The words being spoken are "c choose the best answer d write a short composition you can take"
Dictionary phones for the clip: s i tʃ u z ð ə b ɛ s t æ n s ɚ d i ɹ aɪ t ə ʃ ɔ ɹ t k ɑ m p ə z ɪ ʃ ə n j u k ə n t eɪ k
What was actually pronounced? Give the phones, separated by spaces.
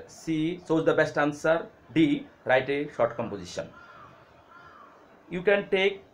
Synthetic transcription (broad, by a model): s i s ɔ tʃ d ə b ɛ s t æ n s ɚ d i ɹ aɪ t ə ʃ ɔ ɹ t k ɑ m p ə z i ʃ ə n j u k ə n t eɪ k